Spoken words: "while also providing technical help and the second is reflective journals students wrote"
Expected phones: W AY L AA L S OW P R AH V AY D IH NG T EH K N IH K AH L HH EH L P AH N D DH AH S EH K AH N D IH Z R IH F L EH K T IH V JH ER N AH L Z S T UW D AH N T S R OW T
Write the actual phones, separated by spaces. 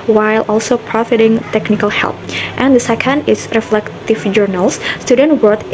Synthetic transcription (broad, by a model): W AY L AA L S OW P R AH F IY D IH NG T EH K N IH K AH L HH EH L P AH N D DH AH S EH K AH N D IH S R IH F L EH K T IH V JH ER N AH L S S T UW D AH N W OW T